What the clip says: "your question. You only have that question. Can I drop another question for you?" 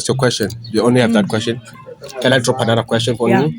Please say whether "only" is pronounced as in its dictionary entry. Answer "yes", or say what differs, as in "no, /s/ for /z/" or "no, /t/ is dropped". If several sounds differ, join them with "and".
yes